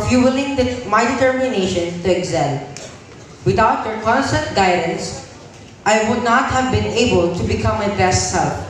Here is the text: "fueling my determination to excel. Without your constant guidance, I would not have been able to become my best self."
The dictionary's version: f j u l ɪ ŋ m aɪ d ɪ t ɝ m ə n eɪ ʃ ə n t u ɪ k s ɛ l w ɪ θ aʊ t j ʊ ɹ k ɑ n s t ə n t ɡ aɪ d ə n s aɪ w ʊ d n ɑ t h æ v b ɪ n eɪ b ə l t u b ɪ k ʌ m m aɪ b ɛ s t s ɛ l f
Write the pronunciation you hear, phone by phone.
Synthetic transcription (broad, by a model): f j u l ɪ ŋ m aɪ d ɪ t ɝ m ə n eɪ ʃ ə n t u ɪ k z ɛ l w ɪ t aʊ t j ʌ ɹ k ɑ n s t ə n t ɡ aɪ d ə n s aɪ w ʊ d n ɑ t h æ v b ɪ n eɪ b ə l t u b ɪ k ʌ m m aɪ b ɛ s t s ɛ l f